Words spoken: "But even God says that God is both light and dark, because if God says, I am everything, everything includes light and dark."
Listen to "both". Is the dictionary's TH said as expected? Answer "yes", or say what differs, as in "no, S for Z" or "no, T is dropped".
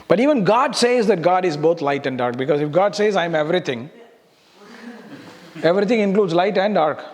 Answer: no, T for TH